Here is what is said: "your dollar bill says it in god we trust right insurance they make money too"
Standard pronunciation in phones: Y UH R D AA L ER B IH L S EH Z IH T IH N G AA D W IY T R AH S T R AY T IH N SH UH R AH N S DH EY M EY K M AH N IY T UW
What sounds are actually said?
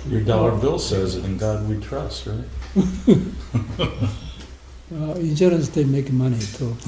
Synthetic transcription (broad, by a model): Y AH R D AA L ER B IH L S EH Z IH T IH N G AA D W IY T R AH S T R AY T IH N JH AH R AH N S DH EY M EY K M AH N IY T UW